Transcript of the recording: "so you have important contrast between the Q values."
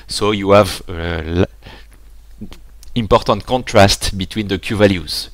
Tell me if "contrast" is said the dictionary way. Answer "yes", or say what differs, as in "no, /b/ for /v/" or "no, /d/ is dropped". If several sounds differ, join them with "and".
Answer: yes